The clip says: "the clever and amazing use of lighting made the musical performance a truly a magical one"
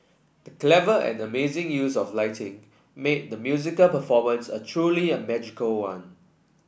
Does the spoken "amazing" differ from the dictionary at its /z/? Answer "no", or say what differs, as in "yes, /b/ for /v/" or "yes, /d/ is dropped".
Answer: no